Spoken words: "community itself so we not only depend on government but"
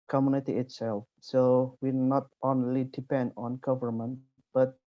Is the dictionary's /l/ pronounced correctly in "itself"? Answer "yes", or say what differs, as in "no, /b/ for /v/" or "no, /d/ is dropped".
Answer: yes